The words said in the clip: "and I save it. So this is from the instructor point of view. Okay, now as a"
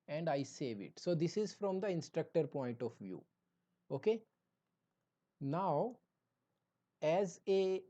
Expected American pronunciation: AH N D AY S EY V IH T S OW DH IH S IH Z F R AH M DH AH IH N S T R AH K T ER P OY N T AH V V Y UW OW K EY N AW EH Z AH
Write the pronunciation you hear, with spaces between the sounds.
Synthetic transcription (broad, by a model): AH N D AY S EY V IH T S OW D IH S IH Z F R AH M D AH IH N S T R AH K T ER P OY N T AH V V Y UW OW K EY N AW EH Z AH